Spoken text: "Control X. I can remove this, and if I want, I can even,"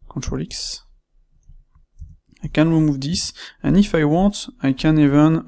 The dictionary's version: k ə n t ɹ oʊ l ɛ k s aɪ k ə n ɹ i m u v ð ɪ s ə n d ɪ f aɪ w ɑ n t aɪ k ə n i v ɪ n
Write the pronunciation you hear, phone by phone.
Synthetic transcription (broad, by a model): k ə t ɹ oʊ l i k s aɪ k ə n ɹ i m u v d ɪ s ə n ɪ f aɪ w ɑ t aɪ k ə n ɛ v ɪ n